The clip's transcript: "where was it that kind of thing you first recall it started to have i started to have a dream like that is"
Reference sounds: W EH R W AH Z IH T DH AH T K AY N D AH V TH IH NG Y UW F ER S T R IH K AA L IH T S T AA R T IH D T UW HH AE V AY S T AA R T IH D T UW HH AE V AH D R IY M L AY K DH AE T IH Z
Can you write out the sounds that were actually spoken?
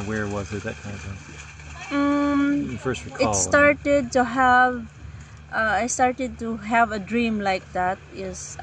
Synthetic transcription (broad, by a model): W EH R W AH Z IH T DH AH T K AY N D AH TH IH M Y F ER S T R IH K IH T S T AA R T IH D T UW HH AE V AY S T AA R T IH D T UW HH AE V AH D R IY M L AY K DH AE T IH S